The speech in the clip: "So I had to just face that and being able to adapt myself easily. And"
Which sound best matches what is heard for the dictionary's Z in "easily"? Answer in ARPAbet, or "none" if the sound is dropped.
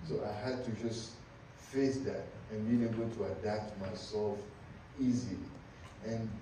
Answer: Z